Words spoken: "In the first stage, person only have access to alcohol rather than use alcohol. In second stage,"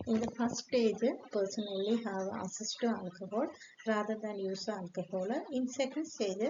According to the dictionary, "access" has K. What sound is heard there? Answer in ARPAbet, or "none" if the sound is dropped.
none